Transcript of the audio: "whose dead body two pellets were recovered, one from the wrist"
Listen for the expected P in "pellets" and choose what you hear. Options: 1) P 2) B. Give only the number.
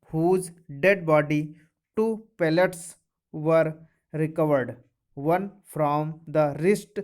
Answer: 1